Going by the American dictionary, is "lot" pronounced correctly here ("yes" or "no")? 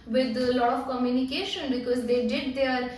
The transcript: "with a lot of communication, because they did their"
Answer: no